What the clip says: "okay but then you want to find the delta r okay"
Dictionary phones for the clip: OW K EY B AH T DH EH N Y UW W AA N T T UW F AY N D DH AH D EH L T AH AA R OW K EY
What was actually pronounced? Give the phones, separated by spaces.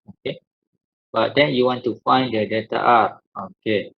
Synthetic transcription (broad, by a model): OW K EY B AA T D EH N Y UW W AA N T T UW F AY N D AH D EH T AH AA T OW K EY